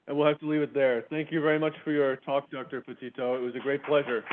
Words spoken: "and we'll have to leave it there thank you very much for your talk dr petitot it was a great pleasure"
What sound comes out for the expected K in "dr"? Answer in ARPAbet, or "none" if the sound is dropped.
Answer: K